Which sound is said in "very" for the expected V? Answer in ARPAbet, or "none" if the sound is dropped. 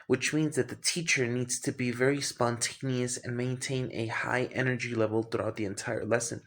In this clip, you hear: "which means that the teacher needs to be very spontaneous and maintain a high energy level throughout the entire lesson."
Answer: V